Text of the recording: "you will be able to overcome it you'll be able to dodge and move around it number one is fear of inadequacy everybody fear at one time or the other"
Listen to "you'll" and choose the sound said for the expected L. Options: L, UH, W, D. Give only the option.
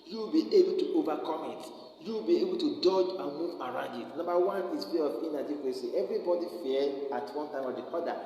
W